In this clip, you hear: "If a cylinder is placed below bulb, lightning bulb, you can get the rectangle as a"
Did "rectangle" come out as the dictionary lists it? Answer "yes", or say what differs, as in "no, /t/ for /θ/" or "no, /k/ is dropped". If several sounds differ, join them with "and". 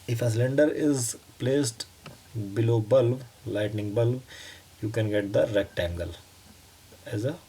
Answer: yes